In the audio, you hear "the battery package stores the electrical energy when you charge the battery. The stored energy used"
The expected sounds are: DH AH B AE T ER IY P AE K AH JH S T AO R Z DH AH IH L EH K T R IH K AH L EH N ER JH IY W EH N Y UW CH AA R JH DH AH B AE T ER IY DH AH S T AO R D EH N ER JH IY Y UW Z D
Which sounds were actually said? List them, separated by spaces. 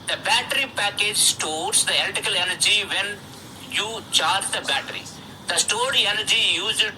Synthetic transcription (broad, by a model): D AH B AE T ER IY P AE K AH JH S T AO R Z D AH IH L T IH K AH L EH N ER JH IY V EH N Y UW CH AA R JH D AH B AE T ER IY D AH S T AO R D EH N ER JH IY Y UW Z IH